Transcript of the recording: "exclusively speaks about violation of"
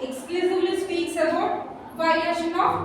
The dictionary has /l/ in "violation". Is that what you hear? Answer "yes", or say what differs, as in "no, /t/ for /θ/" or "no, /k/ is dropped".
no, /l/ is dropped